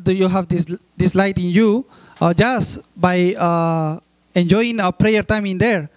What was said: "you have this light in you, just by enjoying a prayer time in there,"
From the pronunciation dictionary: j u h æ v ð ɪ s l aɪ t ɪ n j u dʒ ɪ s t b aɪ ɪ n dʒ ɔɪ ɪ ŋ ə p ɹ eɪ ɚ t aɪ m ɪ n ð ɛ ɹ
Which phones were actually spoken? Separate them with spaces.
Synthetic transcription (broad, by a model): j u h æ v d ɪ s l aɪ t ɪ n j u dʒ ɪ s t b aɪ ɪ n dʒ ɔɪ ɪ ŋ ə p ɹ eɪ ɚ t aɪ m ɪ n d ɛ ɹ